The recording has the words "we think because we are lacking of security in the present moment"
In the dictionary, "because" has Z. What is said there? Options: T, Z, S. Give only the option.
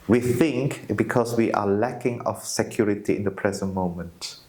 S